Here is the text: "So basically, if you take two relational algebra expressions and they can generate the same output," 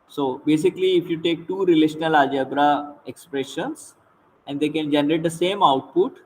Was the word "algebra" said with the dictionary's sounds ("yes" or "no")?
no